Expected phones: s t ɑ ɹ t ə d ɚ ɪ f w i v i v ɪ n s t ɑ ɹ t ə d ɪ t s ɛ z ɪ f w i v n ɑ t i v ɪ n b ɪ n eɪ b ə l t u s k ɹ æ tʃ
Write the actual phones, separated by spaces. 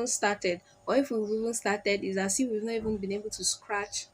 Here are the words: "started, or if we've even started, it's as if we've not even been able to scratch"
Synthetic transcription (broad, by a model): s t ɑ t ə d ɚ ɪ f w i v i v ɪ n s t ɑ t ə d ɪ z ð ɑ s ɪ w i v n ɑ t i v ɪ n b ɪ n eɪ b ə l t u s k ɹ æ tʃ